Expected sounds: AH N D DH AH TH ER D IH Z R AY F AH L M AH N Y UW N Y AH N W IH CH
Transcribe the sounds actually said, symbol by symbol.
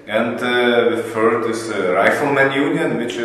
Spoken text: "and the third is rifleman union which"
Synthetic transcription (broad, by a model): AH N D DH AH F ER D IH S R AY F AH L M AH N Y UW N Y AH N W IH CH